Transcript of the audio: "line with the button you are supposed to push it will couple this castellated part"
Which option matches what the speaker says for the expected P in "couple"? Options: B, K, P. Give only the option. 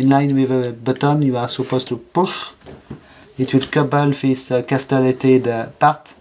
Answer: B